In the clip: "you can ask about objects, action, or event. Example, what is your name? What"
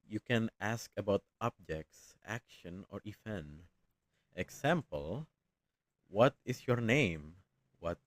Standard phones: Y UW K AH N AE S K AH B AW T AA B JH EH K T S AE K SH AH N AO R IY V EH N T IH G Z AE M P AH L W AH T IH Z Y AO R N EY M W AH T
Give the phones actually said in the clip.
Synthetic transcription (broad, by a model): Y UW K AH N AE S K AH B AW T AA B JH EH K T S AE K SH AH N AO R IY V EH N T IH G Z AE M P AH L W AH T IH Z Y AO R N EY M W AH T